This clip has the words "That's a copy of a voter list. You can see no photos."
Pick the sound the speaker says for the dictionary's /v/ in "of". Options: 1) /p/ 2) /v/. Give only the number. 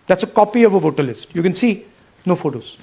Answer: 2